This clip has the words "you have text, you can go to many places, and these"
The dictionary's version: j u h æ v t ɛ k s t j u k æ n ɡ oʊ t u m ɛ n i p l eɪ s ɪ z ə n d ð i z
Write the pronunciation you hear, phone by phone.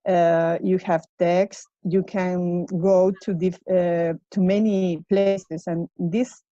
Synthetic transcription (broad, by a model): j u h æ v t ɛ k s t j u k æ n ɡ oʊ t u m ɛ n i p l eɪ s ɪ s ə n d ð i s